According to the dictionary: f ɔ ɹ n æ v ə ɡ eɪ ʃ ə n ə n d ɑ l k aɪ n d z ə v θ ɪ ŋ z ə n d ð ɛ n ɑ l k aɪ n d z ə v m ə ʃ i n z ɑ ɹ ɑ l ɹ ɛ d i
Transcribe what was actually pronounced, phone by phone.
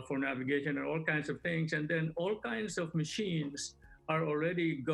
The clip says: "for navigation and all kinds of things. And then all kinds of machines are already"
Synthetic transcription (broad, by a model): f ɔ ɹ n æ v ə ɡ eɪ ʃ ə n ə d ɑ l k aɪ n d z ə v t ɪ ŋ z ə n d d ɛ n ɑ l k aɪ n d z ə v m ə ʃ i n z ɑ ɹ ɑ l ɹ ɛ d i